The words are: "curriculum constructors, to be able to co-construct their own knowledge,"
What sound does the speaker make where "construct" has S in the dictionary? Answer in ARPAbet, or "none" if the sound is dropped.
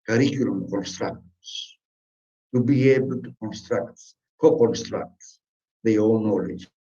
S